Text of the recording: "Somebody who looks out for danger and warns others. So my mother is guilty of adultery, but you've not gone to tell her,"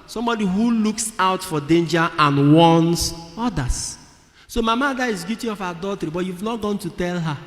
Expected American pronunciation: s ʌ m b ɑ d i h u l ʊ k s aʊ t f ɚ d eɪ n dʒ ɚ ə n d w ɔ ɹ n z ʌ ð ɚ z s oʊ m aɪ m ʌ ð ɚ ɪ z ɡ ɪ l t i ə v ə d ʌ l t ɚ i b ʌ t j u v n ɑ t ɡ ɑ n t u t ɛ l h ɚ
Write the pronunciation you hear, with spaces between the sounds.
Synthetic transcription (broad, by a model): s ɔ m b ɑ d i h u l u k s aʊ t f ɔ d eɪ n dʒ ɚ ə n w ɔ n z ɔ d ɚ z s oʊ m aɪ m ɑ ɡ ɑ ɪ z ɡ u t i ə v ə d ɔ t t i b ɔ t j u v n ɑ t ɡ ɑ n t u t ɛ l h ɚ